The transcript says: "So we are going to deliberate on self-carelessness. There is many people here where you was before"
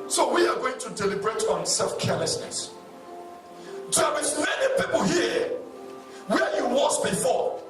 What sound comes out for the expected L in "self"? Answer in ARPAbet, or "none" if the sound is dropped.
L